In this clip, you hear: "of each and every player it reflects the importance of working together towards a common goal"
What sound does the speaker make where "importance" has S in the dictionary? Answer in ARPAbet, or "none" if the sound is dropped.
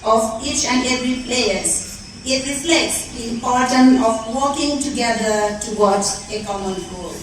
none